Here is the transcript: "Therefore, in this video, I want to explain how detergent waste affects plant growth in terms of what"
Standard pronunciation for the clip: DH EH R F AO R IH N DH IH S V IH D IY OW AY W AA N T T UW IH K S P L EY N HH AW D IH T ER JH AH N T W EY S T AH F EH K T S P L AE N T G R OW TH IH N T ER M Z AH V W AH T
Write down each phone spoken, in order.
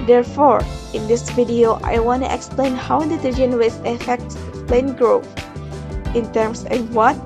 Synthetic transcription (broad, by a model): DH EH R F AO R IH N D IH S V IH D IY OW AY W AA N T T UW IH K S P L EY N HH AW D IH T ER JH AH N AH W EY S AH F EH K T S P L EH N G R OW TH IH N T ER M S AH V W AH T